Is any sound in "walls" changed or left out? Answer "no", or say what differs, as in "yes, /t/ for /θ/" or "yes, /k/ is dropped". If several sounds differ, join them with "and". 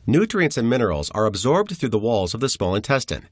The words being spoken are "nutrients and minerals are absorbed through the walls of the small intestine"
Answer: no